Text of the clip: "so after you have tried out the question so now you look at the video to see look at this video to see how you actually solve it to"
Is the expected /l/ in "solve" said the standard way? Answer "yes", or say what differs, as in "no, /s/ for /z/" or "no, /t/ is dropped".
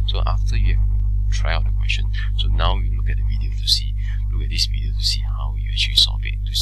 no, /l/ is dropped